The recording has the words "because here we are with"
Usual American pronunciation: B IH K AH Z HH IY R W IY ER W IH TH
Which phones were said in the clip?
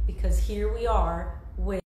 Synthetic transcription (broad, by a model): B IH K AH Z HH IY R W IY ER W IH